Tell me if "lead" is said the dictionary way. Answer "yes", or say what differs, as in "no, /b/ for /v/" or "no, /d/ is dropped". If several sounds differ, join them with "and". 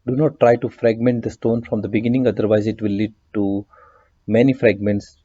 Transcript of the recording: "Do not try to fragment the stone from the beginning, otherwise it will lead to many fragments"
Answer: yes